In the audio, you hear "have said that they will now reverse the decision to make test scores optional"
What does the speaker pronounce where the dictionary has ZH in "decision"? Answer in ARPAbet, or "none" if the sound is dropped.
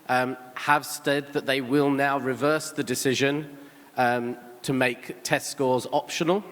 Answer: ZH